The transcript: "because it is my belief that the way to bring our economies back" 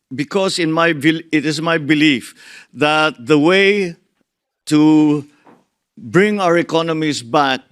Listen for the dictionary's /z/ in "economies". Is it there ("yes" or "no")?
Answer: no